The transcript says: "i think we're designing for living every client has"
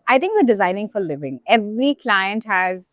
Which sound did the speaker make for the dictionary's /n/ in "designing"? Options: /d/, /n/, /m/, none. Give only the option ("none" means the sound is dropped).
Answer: /n/